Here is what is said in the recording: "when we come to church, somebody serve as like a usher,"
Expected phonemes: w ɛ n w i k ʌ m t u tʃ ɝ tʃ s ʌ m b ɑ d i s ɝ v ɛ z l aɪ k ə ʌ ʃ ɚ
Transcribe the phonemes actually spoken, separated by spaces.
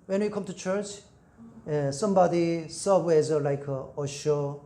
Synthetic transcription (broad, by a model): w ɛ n w i k ʌ m t u tʃ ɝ tʃ s ʌ m b ɑ d i s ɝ w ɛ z l aɪ k ə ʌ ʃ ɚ